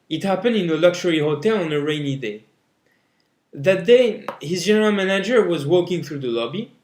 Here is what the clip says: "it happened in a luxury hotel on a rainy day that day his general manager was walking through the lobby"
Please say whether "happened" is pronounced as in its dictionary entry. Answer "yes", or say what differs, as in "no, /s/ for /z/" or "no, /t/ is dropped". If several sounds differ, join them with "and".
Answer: yes